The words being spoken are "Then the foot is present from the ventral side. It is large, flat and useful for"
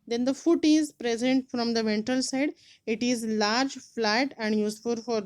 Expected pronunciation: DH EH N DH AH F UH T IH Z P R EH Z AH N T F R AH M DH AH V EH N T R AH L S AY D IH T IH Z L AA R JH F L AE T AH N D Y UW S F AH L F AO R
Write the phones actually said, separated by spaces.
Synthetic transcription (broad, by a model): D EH N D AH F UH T IH Z P R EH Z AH N T F R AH M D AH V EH N T AH L S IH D IH T IH Z L AA R JH F L AE T AH N D Y UW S F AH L F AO R